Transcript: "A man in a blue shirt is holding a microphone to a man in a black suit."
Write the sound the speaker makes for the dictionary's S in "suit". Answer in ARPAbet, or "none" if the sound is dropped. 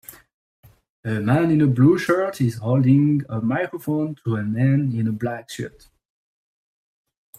SH